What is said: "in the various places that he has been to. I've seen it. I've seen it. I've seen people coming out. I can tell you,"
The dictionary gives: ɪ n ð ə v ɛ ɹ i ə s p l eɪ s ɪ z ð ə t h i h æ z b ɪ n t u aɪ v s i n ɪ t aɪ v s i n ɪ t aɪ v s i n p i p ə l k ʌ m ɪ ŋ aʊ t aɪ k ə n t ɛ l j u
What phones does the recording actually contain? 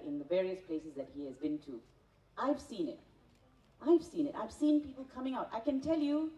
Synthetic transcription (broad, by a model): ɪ n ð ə v ɛ ɹ i ə s p l eɪ s ɪ z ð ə t h i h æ z b ɪ n t u aɪ v s i n ɪ t aɪ v s i n ɪ t aɪ v s i n p i p ə l k ʌ m ɪ ŋ aʊ t aɪ k ə n t ɛ l j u